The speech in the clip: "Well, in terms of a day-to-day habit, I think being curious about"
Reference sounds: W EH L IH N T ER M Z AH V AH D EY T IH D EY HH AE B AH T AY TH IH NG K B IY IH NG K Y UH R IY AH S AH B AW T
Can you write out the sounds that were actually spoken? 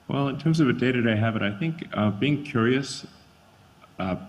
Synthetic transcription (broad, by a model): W EH L IH N T ER M Z AH V AH D EY T IH D EY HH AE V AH T AY TH IH NG K B IY IH NG K Y UH R IY AH S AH